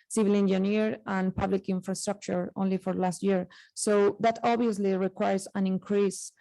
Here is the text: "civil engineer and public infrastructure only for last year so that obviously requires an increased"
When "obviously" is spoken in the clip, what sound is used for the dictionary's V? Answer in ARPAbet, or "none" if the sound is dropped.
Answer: none